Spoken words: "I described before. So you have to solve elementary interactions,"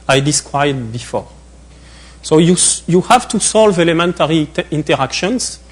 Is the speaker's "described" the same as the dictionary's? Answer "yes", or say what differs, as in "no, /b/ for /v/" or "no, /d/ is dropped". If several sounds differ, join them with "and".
no, /b/ is dropped